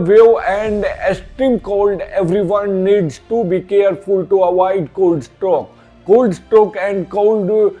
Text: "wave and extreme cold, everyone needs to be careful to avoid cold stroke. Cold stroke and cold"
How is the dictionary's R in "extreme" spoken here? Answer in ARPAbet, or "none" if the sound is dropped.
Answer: none